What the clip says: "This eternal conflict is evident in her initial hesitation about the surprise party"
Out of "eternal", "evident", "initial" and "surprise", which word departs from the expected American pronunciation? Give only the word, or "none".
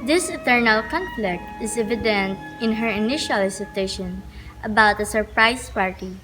surprise